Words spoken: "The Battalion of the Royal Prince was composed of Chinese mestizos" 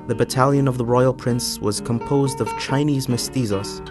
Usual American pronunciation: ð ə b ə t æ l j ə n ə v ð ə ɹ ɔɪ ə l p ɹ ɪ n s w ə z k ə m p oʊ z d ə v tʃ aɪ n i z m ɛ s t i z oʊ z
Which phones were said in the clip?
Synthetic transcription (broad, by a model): ð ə b ə t æ l j ə n ə v ð ə ɹ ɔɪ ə l p ɹ ɪ n s w ə z k ə m p oʊ z d ə v tʃ aɪ n i z m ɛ s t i z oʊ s